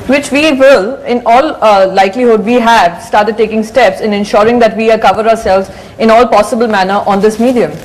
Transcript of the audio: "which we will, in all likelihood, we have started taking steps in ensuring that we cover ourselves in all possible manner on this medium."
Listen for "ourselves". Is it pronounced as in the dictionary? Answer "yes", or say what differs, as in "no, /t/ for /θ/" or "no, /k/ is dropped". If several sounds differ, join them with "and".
yes